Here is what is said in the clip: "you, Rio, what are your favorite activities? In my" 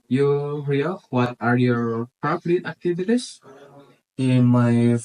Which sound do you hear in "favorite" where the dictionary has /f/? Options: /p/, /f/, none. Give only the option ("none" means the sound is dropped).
/p/